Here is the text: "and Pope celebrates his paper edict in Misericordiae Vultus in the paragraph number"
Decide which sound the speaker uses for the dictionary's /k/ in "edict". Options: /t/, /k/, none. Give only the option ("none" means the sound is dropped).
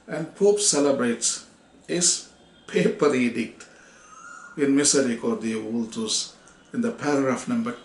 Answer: /k/